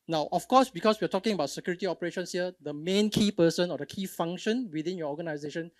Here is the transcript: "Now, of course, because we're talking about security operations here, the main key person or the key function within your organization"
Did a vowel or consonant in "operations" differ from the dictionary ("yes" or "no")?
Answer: yes